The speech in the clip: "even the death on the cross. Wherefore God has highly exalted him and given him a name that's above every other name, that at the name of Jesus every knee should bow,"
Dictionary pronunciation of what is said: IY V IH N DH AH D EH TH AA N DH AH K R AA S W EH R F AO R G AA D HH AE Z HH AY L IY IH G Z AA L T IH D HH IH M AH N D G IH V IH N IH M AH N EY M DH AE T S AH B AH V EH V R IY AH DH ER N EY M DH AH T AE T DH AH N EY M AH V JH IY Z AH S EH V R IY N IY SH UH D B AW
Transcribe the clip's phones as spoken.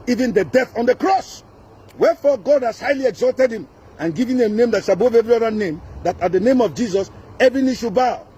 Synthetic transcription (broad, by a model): IY V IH N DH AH D EH TH AA N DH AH K R AA S W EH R F AO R G AA D HH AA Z HH AY L IY IH G Z AA L T IH D HH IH M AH N G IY V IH N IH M N EY M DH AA T SH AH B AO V EH V R IY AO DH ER N EY M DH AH T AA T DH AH N EY M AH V JH IY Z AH S EH V R IY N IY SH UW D B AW